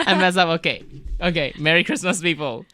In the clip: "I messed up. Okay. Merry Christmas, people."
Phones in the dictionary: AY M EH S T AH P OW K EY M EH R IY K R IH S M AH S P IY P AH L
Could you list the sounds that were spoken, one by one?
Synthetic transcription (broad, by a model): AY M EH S AH P OW K EY M EH R IY K R IH S M AH S P IY P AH L